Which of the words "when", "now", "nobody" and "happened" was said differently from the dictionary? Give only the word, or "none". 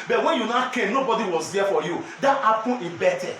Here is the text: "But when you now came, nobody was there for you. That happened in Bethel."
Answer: happened